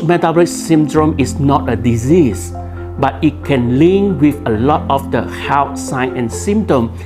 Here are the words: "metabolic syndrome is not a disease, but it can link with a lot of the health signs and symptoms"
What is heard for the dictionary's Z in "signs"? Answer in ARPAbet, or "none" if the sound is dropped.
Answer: none